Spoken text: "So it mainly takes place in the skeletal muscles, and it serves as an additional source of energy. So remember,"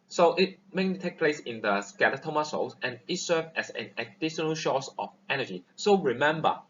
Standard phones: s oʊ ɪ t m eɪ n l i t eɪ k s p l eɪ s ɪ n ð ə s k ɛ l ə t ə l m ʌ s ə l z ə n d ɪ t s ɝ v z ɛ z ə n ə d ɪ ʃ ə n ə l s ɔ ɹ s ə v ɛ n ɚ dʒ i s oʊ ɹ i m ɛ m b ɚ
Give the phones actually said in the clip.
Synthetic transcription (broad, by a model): s oʊ ɪ t m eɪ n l i t eɪ k p l eɪ s ɪ n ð ə s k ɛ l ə t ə m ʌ s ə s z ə n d ɪ t s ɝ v ɛ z ə n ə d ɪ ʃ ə n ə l ʃ ɔ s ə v ɛ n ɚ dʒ i s oʊ ɹ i m ɛ m b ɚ